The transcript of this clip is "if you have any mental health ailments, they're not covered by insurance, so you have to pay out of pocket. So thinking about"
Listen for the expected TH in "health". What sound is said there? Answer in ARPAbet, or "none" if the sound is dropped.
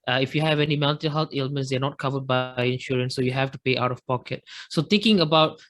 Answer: T